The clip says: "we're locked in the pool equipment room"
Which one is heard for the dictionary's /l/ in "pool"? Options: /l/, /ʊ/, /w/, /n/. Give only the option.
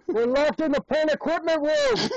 /n/